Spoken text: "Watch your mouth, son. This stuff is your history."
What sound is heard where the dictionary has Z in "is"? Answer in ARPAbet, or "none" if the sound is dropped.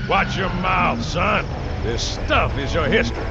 Z